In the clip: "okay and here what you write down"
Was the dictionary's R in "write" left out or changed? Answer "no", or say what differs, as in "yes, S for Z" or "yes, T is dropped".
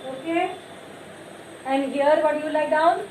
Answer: yes, L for R